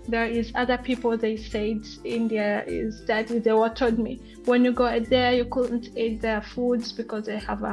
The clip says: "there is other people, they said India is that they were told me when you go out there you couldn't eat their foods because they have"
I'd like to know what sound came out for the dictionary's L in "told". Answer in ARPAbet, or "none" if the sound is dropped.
none